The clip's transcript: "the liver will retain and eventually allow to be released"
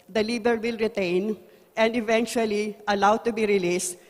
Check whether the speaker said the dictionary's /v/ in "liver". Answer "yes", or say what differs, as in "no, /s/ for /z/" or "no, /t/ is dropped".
no, /b/ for /v/